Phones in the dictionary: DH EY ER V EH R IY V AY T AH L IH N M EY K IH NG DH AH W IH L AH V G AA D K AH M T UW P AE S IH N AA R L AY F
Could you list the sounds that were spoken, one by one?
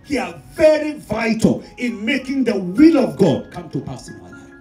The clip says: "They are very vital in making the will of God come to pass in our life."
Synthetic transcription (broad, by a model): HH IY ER V EH R IY V AY T AH L IH N M EY K IH NG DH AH W IH L AH V G AA D K AH M T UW P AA S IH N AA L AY